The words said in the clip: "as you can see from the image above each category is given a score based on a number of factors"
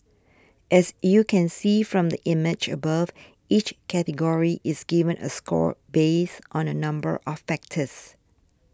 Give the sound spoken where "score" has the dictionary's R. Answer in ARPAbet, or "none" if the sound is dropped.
R